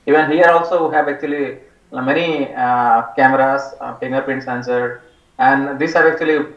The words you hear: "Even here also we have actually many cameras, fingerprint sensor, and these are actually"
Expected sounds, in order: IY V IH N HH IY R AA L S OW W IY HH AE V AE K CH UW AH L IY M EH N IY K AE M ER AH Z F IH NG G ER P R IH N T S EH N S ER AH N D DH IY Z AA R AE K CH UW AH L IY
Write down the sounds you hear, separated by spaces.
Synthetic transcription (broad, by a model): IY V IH N HH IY R AA L S OW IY HH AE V AE K CH UW AH L IY M EH N IY K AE M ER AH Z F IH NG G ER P IH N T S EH N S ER AH N D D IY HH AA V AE K CH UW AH L IY